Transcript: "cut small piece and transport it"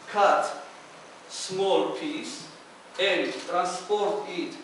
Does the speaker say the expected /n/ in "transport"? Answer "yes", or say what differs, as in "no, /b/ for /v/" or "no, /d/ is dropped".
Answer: yes